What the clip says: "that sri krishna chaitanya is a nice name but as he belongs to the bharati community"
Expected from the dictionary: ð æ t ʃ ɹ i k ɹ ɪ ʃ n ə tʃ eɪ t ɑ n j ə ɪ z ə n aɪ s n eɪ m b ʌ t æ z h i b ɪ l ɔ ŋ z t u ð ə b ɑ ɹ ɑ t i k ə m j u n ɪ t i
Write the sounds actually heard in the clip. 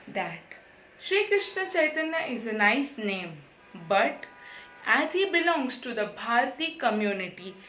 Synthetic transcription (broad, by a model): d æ t ʃ ɹ i k ɹ ɪ ʃ n ə tʃ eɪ t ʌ n j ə ɪ z ə n aɪ s n eɪ m b ʌ t æ z h i b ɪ l ɔ ŋ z t u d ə b ɑ ɹ t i k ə m j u n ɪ t i